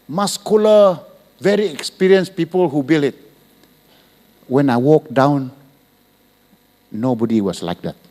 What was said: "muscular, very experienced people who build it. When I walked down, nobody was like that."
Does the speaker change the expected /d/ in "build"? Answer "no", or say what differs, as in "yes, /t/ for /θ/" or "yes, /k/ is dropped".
yes, /d/ is dropped